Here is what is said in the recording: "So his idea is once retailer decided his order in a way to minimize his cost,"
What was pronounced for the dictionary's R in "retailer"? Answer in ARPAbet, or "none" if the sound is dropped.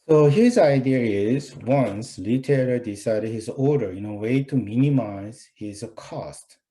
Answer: L